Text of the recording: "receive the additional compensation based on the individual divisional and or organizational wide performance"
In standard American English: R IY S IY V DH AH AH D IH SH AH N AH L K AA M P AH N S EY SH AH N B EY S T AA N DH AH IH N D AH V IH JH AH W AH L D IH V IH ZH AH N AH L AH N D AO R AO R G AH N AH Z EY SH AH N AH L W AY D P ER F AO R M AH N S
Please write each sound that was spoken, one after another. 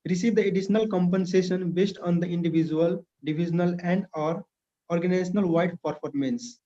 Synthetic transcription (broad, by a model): R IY S IY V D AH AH D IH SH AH N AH L K AA M P AH N S EY SH AH N B EY S T AA N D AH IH N D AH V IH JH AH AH L D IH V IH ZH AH N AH L AH N D AO R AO R G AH N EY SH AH N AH L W AY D P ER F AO R M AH N S